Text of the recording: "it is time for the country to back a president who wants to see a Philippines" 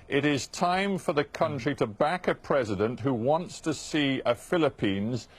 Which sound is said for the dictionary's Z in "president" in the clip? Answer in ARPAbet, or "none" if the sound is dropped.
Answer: Z